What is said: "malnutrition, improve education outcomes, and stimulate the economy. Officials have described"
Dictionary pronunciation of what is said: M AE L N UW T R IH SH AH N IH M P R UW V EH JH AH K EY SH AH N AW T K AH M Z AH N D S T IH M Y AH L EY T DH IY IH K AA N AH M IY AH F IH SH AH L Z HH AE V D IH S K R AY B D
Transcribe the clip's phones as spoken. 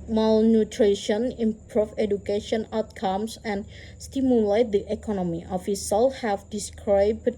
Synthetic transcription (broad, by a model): M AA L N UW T R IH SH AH N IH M P R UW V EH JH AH K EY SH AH N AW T K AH M S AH N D S T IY M Y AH L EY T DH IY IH K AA N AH M IY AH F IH S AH L HH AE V D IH S K R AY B